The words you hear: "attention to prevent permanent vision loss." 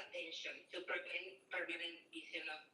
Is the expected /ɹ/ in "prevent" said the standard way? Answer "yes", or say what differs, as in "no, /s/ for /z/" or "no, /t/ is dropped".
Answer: no, /ɹ/ is dropped